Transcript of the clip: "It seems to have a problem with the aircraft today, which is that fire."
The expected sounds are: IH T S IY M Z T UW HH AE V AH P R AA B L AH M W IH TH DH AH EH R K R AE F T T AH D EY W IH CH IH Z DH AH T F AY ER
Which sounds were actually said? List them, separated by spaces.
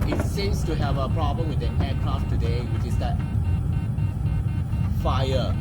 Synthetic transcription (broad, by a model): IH T S IY M S T UW HH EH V AH P R AA B L AH M W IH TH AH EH K R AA F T T AH D EY W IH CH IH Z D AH T F AY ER